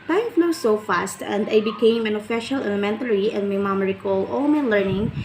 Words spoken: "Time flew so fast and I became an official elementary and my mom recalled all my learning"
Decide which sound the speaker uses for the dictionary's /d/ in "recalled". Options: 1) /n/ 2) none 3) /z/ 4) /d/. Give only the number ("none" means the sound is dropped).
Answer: 2